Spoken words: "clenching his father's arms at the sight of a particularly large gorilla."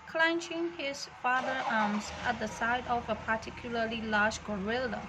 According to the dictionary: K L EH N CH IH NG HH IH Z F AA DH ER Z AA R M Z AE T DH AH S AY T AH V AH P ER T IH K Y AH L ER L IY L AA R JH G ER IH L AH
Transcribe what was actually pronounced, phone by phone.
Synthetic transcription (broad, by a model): K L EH N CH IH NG HH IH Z F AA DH ER AA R M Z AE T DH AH S AY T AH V AH P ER T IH K Y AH L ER L IY L AA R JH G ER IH L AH